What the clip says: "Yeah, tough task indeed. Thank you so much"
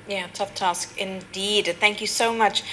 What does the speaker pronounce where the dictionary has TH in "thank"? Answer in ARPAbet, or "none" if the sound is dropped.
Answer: TH